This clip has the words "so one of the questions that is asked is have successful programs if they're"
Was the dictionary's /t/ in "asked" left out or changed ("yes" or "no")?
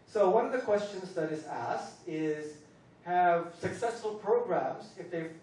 no